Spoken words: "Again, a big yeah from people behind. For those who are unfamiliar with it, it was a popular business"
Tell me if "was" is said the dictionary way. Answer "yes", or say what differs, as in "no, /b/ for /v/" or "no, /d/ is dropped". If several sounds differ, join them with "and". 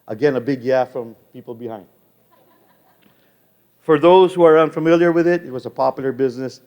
yes